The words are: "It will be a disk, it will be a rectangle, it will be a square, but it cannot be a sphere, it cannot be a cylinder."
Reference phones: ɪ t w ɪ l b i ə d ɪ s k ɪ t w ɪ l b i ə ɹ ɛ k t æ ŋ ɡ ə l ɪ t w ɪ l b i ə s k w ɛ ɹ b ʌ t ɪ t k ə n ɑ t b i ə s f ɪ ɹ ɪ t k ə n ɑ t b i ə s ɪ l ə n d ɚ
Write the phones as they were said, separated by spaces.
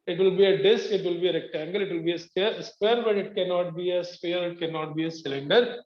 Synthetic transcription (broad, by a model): ɪ t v ɪ l b i ə d ɪ s k ɪ t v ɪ l b i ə ɹ ɛ k t æ ŋ ɡ ə l ɪ t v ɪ l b i ə s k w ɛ ɹ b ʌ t ɪ t k ə n ɑ t b i ə s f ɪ ɹ ɪ t k ə n ɑ t b i ə s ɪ l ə n d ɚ